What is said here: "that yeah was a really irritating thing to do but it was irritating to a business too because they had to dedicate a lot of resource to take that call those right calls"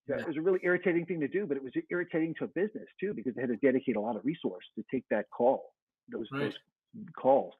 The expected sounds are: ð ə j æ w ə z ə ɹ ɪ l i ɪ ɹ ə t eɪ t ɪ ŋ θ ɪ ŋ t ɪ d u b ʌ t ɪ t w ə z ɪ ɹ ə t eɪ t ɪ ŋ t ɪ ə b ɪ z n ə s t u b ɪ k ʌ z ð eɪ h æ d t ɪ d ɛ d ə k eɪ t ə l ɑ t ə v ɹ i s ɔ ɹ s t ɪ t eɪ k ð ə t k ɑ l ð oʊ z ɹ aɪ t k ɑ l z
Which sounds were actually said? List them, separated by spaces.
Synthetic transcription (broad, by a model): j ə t w ə z ə ɹ ɪ l i ɪ ɹ ə t eɪ t ɪ ŋ θ ɪ ŋ t ɪ d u b ʌ t ɪ t w ə z ɪ ɹ ə t eɪ t ɪ ŋ t ɪ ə b ɪ z n ə s t u b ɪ k ʌ z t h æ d t ɪ d ɛ d ə k eɪ t ə l ɑ t ə v ɹ i s ɔ ɹ s t ɪ t eɪ k ð ə t k ɑ l ð oʊ z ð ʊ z k ɑ l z